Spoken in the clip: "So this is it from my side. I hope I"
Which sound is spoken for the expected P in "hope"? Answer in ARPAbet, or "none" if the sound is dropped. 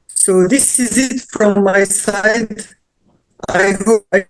none